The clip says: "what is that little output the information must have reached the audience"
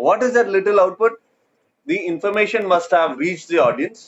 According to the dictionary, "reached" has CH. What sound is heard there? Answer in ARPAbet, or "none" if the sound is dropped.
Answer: CH